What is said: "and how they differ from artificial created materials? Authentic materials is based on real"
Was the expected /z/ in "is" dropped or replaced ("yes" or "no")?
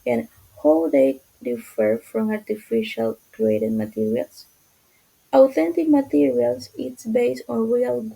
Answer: yes